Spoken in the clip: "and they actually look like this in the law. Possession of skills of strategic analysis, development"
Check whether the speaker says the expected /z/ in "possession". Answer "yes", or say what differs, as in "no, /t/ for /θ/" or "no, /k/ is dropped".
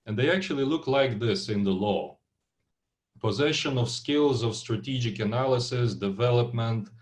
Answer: yes